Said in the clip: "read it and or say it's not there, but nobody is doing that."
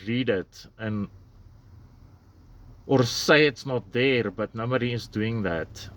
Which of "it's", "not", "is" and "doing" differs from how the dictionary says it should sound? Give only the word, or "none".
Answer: is